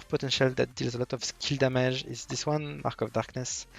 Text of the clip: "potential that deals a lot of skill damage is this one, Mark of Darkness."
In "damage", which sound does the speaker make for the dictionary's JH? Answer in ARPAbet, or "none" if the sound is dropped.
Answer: ZH